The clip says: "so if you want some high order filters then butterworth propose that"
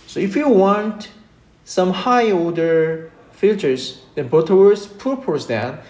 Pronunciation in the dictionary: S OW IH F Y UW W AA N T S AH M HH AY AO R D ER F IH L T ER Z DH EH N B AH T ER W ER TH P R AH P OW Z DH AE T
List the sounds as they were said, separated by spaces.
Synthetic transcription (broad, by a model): S OW IH F Y UW W AA N T S AH M HH AY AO L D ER F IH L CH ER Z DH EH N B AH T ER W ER S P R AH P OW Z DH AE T